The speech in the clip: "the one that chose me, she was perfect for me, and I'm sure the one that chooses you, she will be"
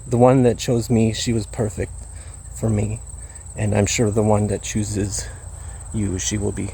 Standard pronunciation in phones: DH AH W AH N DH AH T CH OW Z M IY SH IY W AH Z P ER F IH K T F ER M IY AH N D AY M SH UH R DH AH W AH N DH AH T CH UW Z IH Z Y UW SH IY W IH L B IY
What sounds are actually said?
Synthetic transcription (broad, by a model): DH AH W AH N DH AH T CH OW Z M IY SH IY W AH Z P ER F IH K T F ER M IY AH N AY M SH UH R DH AH W AH N DH AH T CH UW Z IH Z Y UW SH IY W IH L B IY